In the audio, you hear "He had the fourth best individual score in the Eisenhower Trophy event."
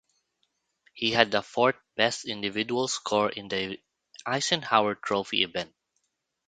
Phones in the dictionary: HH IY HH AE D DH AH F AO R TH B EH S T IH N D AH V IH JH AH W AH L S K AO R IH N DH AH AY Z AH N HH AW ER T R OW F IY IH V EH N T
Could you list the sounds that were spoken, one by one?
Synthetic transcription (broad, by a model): HH IY HH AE D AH F AO R T B EH S T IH N D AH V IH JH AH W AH L S K AO R IH N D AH AY S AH N HH AW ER T R OW F IY IH V EH N T